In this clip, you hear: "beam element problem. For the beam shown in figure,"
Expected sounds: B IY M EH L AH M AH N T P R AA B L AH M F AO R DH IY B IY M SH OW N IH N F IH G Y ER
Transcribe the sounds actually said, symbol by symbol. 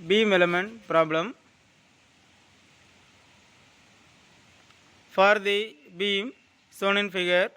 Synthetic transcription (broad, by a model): B IY M EH L AH M AH N T P R AA B L AH M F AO R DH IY B IY M S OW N IH N F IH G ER